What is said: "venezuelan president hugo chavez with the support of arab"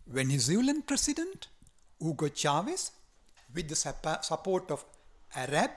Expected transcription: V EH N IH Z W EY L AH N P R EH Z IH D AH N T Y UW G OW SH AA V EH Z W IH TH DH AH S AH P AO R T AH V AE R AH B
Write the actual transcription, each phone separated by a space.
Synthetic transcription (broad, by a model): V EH N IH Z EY L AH N P R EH S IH D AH N T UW G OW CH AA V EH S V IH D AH S AH P AO R T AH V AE R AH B